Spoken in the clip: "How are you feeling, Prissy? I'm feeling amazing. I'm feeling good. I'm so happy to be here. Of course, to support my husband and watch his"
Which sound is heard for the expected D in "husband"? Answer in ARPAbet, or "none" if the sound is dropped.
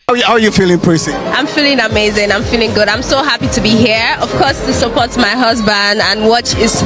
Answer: D